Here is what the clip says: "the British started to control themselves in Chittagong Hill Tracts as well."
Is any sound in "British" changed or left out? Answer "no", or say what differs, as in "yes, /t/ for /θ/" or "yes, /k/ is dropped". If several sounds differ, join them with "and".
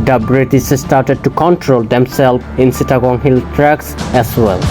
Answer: yes, /s/ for /ʃ/